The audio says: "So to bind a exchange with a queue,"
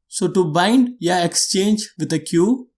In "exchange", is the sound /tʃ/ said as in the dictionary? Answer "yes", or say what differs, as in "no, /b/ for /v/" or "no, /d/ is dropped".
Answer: yes